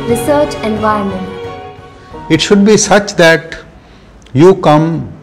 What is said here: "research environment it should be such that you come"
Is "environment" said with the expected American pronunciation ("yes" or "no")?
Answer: no